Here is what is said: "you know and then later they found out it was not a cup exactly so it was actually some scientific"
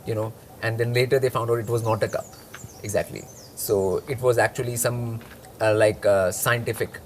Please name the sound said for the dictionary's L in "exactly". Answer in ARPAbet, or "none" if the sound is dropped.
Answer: L